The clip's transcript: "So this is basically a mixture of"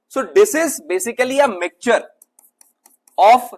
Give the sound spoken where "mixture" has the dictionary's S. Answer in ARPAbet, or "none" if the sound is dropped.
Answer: none